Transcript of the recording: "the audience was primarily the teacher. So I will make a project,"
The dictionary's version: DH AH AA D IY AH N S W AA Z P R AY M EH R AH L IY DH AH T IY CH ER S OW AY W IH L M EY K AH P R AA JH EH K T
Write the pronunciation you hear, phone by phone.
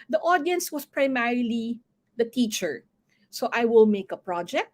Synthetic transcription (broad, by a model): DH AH AA D IY AH N S W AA S P R AY M EH R AH L IY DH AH T IY CH ER S OW AY W IH L M EY K AH P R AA JH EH K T